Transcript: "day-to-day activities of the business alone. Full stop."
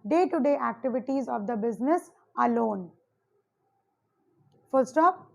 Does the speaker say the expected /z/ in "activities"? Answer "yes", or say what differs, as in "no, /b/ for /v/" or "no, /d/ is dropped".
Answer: yes